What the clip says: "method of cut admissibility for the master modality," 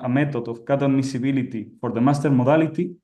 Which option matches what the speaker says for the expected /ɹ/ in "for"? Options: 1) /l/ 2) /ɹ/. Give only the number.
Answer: 2